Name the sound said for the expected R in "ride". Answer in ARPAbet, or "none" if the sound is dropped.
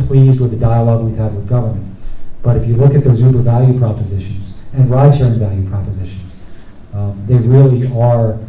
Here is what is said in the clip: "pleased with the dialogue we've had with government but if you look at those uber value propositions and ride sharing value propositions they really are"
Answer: R